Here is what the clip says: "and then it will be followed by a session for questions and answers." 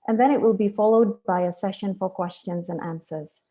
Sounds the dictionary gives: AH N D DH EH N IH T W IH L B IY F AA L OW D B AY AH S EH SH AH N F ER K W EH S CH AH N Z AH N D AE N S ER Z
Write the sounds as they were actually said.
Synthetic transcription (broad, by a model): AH N DH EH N IH T W IH L B IY F AA L OW D B AY AH S EH SH AH N F ER K W EH S CH AH N Z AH N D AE N S ER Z